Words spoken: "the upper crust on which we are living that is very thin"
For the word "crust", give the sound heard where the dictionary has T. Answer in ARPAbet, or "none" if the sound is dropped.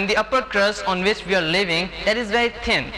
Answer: none